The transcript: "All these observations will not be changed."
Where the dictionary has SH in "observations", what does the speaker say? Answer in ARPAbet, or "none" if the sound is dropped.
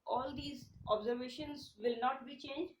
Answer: SH